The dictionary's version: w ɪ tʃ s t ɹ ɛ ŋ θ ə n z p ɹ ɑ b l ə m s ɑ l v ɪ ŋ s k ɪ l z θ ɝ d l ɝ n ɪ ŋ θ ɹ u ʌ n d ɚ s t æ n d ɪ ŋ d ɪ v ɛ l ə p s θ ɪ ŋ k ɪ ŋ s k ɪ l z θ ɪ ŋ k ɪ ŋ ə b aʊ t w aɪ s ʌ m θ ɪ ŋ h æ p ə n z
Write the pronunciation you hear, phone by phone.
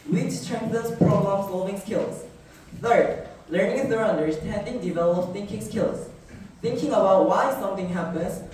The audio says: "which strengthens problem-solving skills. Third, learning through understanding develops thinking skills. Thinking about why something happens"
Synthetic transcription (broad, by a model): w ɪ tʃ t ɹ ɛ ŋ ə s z p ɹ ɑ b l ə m s ɑ l v ɪ ŋ s k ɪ l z θ ɝ d l ɝ n ɪ ŋ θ ɹ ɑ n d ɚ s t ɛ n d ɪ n d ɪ v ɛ l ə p θ ɪ ŋ k ɪ ŋ s k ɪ l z θ ɪ ŋ k ɪ ŋ ə b aʊ t w aɪ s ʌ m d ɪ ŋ h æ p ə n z